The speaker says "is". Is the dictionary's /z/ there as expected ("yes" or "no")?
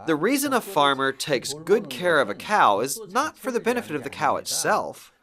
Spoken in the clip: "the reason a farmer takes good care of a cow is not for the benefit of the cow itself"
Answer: yes